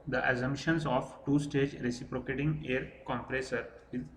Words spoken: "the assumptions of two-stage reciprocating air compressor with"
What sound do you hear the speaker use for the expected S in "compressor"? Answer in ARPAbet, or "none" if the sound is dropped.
S